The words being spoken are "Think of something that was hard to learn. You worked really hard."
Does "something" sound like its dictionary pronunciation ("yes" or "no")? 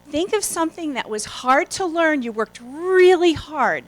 yes